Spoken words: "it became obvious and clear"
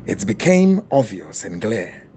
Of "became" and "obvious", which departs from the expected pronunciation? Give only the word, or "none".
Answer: obvious